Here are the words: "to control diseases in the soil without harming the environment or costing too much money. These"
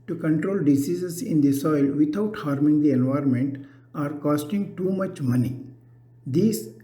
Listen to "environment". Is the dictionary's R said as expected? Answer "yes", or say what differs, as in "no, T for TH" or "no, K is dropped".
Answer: yes